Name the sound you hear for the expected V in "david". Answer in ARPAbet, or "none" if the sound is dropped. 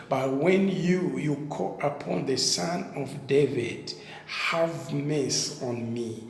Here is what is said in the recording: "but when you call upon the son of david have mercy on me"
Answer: V